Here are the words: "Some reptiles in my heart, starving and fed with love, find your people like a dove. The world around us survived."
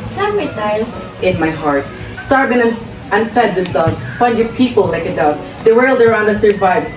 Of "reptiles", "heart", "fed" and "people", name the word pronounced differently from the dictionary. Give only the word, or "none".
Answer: reptiles